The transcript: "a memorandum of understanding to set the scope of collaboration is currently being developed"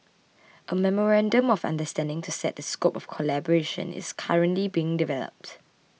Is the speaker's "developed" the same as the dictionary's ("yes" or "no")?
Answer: yes